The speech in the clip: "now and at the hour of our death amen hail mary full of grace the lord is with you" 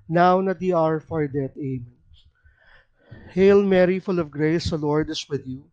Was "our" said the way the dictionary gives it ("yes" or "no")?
yes